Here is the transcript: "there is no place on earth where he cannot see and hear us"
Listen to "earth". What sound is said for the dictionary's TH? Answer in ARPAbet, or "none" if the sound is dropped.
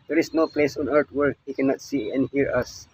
T